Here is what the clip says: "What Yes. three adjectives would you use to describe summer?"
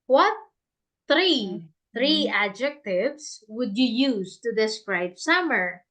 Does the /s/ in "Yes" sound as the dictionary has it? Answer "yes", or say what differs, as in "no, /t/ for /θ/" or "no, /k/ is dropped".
no, /s/ is dropped